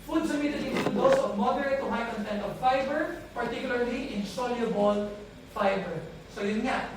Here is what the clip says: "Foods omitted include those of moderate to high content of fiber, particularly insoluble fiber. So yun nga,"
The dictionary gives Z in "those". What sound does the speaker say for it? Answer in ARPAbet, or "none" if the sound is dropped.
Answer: S